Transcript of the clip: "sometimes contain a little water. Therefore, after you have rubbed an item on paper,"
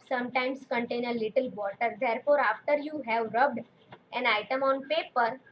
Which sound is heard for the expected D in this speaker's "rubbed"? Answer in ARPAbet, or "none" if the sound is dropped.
D